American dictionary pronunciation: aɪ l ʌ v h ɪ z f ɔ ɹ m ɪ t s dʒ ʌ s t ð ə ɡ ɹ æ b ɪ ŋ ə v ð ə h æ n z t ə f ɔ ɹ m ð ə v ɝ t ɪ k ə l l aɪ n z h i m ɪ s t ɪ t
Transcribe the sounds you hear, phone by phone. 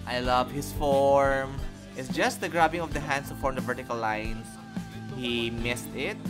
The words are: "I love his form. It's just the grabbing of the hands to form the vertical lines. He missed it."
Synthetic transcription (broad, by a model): aɪ l ʌ v h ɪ s f ɔ ɹ m ɪ t s dʒ ʌ s t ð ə ɡ ɹ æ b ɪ ŋ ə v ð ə h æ n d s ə f ɔ ɹ m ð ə v ɝ t ɪ k ə l l aɪ n s h i m ɪ s t ɪ t